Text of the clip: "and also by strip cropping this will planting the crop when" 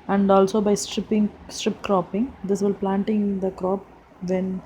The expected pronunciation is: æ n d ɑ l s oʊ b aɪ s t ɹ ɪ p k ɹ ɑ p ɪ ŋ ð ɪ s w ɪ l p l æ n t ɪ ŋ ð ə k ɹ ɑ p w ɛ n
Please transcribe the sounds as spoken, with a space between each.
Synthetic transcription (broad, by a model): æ n d ɑ l s oʊ b aɪ s t ɹ ɪ p k ɹ ɑ p ɪ ŋ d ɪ s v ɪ l p l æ n t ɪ ŋ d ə k ɹ ɑ p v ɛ n